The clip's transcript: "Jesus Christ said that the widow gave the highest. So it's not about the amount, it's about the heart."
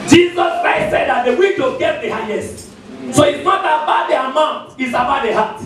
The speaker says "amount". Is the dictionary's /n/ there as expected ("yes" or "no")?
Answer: yes